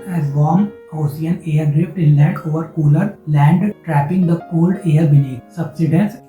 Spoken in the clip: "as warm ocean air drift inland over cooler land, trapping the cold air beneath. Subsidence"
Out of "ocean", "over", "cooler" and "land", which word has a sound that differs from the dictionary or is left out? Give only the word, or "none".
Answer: ocean